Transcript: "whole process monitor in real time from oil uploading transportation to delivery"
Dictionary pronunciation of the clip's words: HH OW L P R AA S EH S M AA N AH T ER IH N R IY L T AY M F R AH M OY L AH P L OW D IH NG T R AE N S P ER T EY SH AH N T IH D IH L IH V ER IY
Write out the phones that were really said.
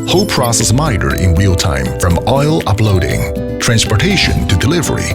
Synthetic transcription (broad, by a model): HH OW P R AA S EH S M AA AH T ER IH N W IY L T AY M F R AH M OY L AH P L OW D IH NG T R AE N S P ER T EY SH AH N T IH D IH L IH V ER IY